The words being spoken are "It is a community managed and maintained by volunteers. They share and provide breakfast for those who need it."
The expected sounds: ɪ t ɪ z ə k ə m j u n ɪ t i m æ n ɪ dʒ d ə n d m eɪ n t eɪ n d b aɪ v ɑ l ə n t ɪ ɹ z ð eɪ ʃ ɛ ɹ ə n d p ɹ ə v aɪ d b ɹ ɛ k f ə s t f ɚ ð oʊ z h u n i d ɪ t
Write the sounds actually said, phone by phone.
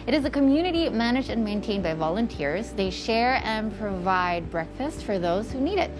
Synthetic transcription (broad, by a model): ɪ t ɪ z ə k ə m j u n ɪ t i m æ n ɪ dʒ d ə n m eɪ n t eɪ n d b aɪ v ɑ l ə n t ɪ ɹ z ð eɪ ʃ ɛ ɹ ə n p ɹ ə v aɪ d b ɹ ɛ k f ə s t f ɚ ð oʊ z h u n i d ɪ t